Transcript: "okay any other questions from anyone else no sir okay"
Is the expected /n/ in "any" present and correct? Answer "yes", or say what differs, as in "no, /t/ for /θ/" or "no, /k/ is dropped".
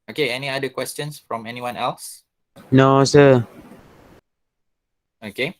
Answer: yes